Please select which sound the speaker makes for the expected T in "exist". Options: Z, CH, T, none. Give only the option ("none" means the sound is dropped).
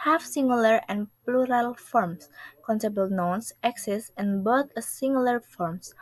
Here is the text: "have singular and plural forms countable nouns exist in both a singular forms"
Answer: none